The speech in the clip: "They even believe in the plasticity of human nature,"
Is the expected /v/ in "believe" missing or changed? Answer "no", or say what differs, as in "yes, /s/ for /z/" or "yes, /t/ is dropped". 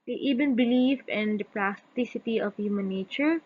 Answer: yes, /f/ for /v/